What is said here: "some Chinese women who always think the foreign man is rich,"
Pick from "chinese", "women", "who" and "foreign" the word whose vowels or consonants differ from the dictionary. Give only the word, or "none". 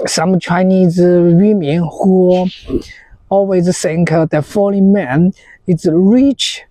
foreign